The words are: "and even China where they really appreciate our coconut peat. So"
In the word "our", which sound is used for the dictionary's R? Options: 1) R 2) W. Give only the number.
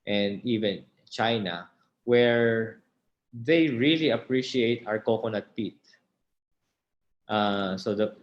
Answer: 1